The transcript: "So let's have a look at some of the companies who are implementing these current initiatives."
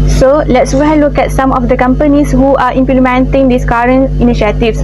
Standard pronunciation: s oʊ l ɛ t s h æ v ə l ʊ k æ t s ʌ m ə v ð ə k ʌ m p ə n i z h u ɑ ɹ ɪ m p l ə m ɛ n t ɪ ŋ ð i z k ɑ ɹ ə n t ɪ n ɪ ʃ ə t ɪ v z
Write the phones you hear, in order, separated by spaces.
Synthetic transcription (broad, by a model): s oʊ l ɛ t s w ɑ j l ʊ k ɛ t s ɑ m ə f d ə k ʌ m p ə n i s h u ɑ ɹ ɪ m p l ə m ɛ n t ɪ ŋ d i s k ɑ ɹ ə n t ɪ n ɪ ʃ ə t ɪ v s